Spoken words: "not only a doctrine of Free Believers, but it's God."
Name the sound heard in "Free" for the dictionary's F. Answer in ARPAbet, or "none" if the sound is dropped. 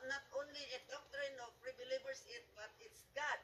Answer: P